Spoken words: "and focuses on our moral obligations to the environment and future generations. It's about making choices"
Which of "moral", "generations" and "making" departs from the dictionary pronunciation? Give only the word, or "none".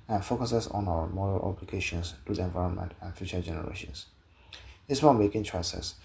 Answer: generations